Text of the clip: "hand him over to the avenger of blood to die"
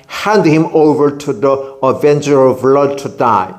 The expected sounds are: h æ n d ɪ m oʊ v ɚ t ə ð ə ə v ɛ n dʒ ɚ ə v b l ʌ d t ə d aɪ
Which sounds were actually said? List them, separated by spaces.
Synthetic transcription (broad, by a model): h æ n d ɪ m oʊ v ɚ t ə ð ə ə v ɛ n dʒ ɚ ə v l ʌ d t ə d aɪ